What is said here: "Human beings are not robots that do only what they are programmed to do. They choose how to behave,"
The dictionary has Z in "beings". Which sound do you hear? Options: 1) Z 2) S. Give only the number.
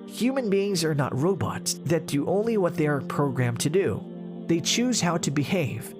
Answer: 1